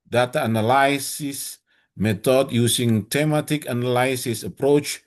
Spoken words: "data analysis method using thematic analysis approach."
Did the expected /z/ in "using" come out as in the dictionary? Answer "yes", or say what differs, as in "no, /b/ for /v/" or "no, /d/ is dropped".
no, /s/ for /z/